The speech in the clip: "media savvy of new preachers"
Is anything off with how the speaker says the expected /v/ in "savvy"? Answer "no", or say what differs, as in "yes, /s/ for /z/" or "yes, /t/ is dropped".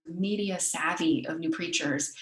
no